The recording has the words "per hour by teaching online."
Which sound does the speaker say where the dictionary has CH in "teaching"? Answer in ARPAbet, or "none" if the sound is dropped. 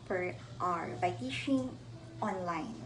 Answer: SH